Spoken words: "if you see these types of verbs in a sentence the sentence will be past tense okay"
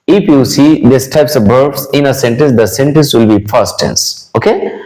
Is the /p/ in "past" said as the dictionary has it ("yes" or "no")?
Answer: no